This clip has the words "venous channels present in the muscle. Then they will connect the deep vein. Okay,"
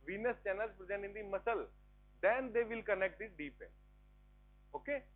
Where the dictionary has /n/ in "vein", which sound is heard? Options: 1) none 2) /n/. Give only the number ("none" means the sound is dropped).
1